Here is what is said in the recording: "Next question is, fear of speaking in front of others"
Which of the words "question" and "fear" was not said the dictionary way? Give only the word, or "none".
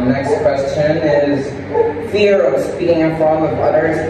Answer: none